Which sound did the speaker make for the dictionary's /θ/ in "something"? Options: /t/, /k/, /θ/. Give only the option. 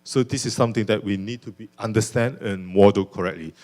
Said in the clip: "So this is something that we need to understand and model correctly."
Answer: /t/